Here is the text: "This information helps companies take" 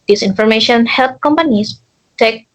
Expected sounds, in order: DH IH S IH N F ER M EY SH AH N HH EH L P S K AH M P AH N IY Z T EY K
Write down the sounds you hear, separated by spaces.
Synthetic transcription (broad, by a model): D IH S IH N F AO M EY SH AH N HH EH L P K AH M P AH N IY S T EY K